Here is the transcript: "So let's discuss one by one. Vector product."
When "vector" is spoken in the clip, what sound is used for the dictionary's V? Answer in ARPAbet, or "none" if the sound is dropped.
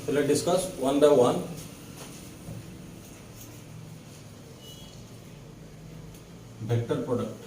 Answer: B